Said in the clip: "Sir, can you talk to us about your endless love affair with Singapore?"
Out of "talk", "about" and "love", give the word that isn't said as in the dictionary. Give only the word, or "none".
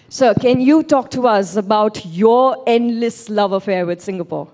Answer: none